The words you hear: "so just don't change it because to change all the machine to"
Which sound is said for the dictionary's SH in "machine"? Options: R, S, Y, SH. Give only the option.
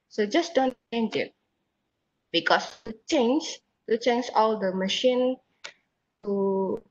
SH